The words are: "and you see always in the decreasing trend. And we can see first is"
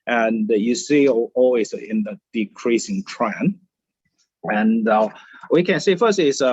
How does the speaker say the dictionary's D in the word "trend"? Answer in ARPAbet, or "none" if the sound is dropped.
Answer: none